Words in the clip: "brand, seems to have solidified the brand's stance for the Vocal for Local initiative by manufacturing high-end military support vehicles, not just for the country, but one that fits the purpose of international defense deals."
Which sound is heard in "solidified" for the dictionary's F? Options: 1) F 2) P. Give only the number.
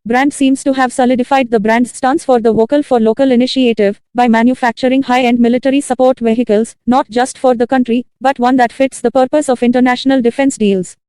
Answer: 1